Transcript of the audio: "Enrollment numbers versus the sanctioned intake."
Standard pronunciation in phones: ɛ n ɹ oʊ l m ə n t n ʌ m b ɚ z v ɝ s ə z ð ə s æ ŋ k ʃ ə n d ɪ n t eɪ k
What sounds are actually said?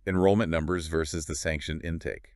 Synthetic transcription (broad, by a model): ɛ n ɹ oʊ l m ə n n ʌ m b ɚ z v ɝ s ə z ð ə s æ ŋ k ʃ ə n ɪ n t eɪ k